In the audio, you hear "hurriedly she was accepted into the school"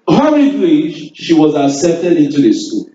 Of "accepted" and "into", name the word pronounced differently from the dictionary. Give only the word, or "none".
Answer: accepted